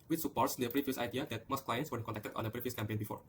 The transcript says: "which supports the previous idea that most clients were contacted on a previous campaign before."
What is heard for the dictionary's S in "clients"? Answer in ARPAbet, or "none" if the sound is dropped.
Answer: S